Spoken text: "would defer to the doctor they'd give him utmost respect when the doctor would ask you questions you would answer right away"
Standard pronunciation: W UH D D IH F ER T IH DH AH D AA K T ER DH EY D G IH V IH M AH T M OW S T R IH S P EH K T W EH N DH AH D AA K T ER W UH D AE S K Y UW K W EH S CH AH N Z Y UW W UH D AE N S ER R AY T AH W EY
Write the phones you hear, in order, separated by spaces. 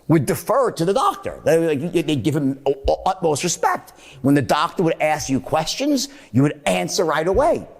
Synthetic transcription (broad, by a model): W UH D D IH F ER T IH DH AH D AA K T ER DH EY D G IH V IH M AH T M OW S T R IH S P EH K T W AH N DH AH D AA K T ER W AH D AE S K Y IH K W EH S CH AH N Z Y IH W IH D AE N S ER R AY T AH W EY